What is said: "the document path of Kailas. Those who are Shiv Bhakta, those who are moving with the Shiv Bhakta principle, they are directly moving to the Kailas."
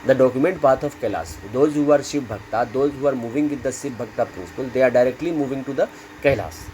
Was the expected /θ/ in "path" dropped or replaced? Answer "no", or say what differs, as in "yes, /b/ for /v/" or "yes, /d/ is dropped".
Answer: yes, /t/ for /θ/